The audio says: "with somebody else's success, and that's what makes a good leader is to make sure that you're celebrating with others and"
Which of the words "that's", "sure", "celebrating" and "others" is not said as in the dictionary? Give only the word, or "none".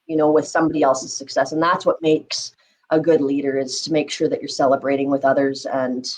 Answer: none